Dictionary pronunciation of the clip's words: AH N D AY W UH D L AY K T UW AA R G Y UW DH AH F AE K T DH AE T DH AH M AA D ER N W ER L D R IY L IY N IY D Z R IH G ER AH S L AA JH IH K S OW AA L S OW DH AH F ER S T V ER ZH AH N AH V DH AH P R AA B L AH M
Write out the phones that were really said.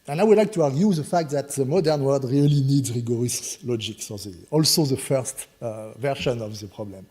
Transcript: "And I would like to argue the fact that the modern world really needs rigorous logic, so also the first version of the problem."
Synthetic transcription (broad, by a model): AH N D AY W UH D L AY K T UW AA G Y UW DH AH F AE K T DH AE T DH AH M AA D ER N W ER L D R IY L IY N IY D Z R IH G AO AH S L AA JH IH K S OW AA L S OW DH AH F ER S T V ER SH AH N AH V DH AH P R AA B L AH M